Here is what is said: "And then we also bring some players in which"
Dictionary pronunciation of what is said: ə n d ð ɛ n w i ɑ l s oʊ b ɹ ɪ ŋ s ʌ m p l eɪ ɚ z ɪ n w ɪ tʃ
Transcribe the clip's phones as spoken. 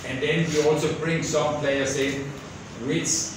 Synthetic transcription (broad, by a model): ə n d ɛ n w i ɑ l s oʊ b ɹ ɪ ŋ s ʌ m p l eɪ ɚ s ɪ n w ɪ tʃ